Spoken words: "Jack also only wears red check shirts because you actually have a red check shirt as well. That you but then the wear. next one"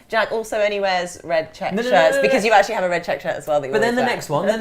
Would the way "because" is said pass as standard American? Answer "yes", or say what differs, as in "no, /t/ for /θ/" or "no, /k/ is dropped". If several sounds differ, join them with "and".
yes